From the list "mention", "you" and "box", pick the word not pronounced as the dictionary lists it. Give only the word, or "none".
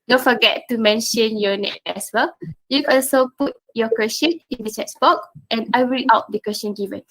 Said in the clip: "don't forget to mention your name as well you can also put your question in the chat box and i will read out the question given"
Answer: box